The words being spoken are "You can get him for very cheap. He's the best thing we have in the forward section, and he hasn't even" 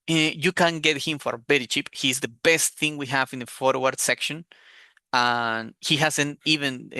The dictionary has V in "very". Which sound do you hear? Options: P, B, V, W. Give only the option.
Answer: B